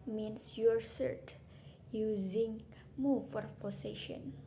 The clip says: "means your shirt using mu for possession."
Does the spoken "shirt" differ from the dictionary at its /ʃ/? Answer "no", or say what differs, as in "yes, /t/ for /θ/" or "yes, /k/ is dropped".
yes, /s/ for /ʃ/